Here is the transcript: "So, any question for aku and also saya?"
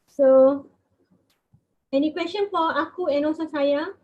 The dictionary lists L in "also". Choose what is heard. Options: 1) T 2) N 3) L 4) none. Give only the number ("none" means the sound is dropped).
4